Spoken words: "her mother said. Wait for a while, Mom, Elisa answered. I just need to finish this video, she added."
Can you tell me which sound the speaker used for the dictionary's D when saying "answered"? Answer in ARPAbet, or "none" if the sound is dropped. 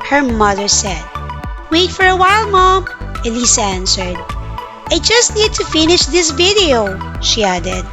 D